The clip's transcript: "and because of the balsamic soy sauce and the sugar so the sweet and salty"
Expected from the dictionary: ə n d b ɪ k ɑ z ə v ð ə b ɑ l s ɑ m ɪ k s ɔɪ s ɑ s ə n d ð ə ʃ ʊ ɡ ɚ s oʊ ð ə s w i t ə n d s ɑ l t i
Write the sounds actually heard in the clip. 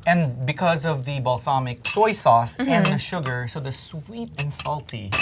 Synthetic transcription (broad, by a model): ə n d b ɪ k ɑ z ə v ð ə b ɑ l s ɑ m ɪ k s ɔɪ s ɑ s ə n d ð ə ʃ ʊ ɡ ɚ s oʊ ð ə s w i t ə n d s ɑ l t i